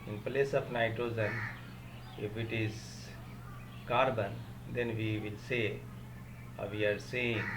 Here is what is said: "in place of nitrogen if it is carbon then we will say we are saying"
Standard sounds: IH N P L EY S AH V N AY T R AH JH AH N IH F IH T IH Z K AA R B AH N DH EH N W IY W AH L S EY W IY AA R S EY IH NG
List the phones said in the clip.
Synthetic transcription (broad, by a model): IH N P L EY S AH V N AY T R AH Z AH N IH F IH T IH Z K AA R B AH N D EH N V IY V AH L S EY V IY AA R S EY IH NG